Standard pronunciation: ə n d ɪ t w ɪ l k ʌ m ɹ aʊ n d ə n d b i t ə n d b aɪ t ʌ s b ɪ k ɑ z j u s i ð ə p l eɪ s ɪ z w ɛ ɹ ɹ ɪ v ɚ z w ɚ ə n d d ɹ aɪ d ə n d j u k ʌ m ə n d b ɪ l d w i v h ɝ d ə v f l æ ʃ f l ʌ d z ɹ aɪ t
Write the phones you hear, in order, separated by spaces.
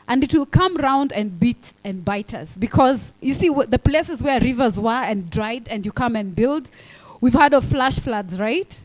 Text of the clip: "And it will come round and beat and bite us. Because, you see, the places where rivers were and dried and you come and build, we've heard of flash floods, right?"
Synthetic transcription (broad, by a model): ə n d ɪ t w ɪ l k ʌ m ɹ aʊ n d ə n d b i t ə n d b aɪ t ʌ s b ɪ k ɑ z j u s i ð ə p l eɪ s ɪ z w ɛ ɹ ɹ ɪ v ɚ z w ɚ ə n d d ɹ aɪ d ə n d j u k ʌ m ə n b ɪ l d w i v h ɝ d ə v f l æ ʃ f l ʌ d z ɹ aɪ t